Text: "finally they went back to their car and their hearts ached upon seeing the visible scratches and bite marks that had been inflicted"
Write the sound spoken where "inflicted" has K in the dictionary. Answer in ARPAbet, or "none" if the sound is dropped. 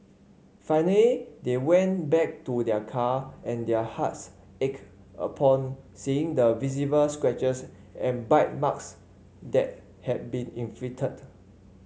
none